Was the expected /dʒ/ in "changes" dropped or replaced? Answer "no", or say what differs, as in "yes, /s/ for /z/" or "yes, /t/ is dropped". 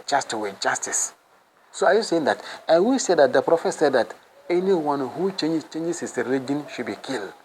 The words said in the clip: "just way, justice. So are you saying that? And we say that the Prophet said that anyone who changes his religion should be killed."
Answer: yes, /tʃ/ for /dʒ/